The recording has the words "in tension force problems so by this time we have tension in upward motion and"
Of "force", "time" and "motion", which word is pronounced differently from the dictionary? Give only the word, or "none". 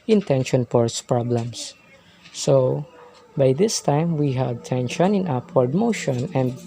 force